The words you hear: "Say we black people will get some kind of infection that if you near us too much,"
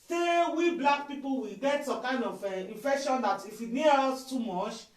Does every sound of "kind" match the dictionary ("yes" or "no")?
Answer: yes